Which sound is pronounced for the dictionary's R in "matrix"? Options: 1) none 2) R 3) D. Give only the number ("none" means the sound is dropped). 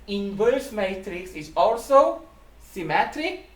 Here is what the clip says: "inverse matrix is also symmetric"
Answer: 2